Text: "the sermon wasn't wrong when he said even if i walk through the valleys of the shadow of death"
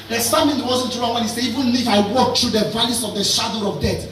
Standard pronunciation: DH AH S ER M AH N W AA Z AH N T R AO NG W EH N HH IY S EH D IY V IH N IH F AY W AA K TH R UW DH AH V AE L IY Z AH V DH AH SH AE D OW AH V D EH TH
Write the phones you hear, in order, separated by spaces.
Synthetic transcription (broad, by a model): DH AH S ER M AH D W AA Z AH N T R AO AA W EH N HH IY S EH IY V IH N IH F AY W AA K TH R UW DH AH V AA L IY S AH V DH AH SH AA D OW AH V D EH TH